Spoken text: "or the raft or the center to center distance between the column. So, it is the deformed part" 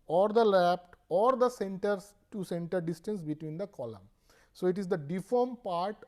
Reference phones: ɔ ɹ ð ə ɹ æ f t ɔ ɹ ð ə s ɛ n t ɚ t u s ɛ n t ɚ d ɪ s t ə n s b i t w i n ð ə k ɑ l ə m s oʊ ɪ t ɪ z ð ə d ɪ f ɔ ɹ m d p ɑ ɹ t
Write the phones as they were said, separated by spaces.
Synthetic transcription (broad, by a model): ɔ ɹ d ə l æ p t ɔ ɹ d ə s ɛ n t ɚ t u s ɛ n t ɚ d ɪ s t ə n s b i t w i n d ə k ɑ l ə m s oʊ ɪ t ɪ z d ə d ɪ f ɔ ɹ m p ɑ ɹ t